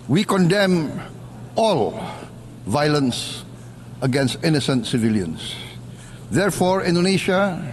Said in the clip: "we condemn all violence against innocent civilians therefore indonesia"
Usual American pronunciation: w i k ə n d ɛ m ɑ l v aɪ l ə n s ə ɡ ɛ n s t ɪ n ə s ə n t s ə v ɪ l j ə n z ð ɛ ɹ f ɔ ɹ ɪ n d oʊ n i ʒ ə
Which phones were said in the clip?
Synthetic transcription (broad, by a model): w i k ə n d ɛ m ɑ l v aɪ l ə n s ə ɡ ɛ n s t ɪ n ə s ə n t s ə v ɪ l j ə n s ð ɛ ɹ f ɔ ɹ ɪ n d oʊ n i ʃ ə